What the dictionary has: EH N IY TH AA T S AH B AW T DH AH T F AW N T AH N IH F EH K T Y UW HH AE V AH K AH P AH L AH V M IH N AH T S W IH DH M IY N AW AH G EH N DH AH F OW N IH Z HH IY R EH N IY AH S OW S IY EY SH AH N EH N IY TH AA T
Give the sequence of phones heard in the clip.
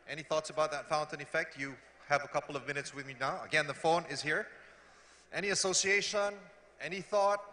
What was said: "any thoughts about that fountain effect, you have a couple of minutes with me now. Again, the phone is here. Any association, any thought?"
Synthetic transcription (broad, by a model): EH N IY TH AA T S AH B AW T DH AH T F AW N T AH N IH F EH K T Y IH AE V AH K AH P L AH V M IH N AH T S W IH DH M IY N AW AH G EH N DH AH F OW N IH Z HH IY R EH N IY AH S OW S IY EY SH AH N EH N IY TH AA T